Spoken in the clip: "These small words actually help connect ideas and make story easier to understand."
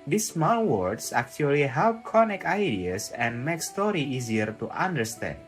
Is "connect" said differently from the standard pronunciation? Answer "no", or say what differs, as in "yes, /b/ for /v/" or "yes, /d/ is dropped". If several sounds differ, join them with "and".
yes, /t/ is dropped